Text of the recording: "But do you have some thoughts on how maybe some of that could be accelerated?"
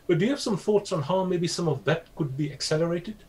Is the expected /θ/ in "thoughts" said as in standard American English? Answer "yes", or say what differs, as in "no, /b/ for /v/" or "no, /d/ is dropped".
yes